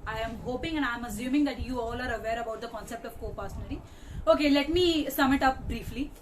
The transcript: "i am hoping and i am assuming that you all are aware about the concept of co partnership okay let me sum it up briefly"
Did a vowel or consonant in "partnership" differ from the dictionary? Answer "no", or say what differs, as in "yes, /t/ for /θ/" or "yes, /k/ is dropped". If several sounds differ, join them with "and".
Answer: yes, /s/ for /t/ and /ʃ/ is dropped and /p/ is dropped